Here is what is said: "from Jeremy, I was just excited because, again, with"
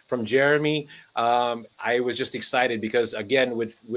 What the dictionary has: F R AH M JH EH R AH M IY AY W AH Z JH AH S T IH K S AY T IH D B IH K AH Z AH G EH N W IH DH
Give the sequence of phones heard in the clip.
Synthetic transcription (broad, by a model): F R AH M JH EH R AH M IY AY W AH Z JH AH S T IH K S AY T IH D B IH K AH Z AH G EH N W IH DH